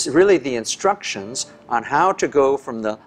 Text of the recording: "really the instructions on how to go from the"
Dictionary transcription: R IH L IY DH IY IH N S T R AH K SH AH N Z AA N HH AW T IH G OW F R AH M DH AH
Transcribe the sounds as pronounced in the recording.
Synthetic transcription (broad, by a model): R IH L IY DH IY IH N S T R AH K SH AH N Z N HH AW T IH G OW F R AH M DH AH